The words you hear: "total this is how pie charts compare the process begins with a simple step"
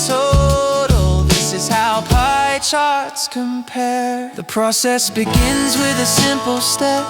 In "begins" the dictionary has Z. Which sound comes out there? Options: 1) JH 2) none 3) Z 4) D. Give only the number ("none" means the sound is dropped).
3